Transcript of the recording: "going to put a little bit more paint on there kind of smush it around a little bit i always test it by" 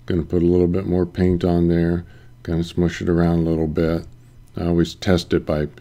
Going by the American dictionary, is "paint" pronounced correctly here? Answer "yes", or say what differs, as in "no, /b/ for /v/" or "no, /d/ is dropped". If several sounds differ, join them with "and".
yes